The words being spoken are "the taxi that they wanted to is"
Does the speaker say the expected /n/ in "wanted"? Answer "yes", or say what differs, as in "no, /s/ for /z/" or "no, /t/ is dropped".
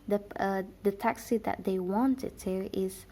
yes